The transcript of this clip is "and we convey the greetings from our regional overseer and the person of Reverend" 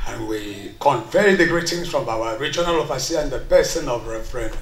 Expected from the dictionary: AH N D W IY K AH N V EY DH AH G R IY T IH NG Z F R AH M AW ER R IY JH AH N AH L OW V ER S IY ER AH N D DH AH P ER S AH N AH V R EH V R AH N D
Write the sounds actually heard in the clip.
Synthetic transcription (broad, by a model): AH N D W IY K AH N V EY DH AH G R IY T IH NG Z F R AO M AW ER R IY JH AH N AH L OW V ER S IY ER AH N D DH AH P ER S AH N AH V R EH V R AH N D